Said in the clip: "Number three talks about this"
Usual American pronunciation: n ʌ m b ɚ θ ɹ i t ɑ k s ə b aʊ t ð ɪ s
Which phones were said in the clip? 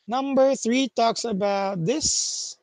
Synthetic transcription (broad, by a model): n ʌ m b ɚ θ ɹ i t ɑ k s ə b aʊ t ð ɪ s